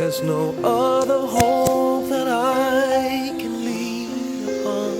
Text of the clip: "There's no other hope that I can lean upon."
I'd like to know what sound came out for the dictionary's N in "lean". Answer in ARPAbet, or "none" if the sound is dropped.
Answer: none